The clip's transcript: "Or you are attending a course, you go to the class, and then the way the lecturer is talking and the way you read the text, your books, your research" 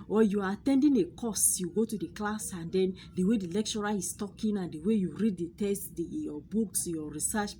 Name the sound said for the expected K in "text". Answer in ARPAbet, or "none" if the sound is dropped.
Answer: none